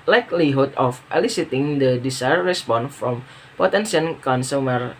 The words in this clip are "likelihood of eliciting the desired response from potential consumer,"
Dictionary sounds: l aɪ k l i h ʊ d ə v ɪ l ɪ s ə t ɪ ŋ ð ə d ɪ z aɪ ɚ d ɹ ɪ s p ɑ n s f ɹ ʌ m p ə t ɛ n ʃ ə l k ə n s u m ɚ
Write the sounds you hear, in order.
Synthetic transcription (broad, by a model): l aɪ k l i h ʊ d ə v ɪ l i s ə t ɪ ŋ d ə d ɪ s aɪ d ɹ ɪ s p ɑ n f ɹ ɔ m p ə t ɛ n s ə n k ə n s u m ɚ